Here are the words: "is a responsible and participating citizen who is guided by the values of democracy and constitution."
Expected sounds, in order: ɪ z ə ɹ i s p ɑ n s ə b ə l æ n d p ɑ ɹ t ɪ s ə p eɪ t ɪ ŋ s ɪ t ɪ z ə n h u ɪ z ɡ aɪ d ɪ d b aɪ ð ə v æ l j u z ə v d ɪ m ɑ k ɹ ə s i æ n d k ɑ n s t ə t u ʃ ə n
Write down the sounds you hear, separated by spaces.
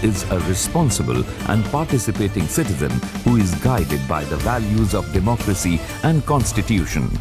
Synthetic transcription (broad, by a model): ɪ z ə ɹ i s p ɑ n s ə b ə l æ n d p ɑ ɹ t ɪ s ə p eɪ t ɪ ŋ s ɪ t ɪ z ə n h u ɪ z ɡ aɪ d ɪ d b aɪ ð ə v æ l j u z ə v d ɪ m ɑ k ɹ ə s i æ n d k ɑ n s t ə t u ʃ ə n